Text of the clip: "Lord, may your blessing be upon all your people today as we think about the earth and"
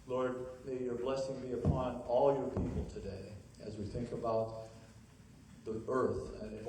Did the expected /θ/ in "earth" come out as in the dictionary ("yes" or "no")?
yes